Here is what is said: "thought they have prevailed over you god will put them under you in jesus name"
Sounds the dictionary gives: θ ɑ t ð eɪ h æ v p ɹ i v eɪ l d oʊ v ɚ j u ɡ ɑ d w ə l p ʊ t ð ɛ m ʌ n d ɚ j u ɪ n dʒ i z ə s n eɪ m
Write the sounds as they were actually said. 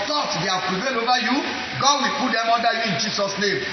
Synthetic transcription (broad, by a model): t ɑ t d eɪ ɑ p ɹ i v eɪ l oʊ v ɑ j u ɡ ɑ d w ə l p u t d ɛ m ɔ n d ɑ j u ɪ n dʒ i s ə s n eɪ m